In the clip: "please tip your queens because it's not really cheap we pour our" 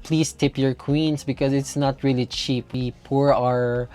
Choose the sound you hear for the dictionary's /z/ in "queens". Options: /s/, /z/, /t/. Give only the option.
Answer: /s/